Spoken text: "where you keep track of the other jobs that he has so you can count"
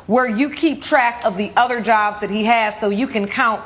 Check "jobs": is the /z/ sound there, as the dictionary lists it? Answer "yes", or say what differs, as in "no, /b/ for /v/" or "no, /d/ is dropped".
yes